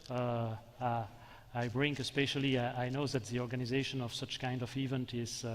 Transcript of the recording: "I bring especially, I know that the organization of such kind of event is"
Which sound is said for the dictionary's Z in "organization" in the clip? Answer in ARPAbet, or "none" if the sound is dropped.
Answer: Z